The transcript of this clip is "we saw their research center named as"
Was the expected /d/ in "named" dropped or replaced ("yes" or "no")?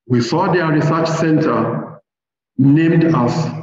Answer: no